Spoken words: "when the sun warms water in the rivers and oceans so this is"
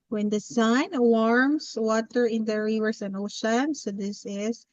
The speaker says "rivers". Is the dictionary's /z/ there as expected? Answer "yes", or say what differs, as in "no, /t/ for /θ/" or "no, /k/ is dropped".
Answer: no, /s/ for /z/